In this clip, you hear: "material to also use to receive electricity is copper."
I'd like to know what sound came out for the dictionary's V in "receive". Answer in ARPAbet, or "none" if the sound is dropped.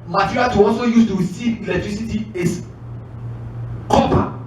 none